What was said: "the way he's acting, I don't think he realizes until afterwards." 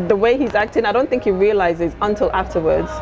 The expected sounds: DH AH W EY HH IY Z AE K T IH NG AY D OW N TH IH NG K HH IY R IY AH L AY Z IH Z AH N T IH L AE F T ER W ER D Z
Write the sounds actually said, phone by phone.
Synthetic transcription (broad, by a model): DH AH W EY HH IY Z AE K T IH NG AY D OW N TH IH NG K HH IY R IY AH L AY Z IH Z AH N T IH L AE F T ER W ER D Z